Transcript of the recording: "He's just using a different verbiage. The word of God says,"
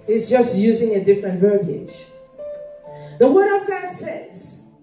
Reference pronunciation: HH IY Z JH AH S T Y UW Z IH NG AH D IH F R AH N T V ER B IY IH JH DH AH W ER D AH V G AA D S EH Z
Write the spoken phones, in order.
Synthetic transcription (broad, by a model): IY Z JH AH S T Y UW Z IH NG AH D IH F R AH N T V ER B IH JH DH AH W ER D AH V G AA D S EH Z